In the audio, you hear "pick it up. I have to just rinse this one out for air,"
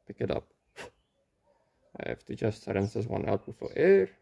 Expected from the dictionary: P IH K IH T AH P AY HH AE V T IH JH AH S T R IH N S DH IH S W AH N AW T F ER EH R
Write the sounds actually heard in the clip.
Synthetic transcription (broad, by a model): P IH K IH T AH P AY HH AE F T IH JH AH S T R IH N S DH IH S W AH N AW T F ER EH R